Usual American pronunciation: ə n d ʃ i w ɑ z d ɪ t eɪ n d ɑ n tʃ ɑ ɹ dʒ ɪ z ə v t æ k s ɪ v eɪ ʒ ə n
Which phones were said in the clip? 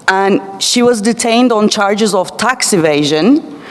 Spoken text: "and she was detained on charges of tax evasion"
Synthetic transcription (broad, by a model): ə n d ʃ i w ɑ z d ɪ t eɪ n d ɑ n tʃ ɑ ɹ dʒ ɪ z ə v t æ k s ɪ v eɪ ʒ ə n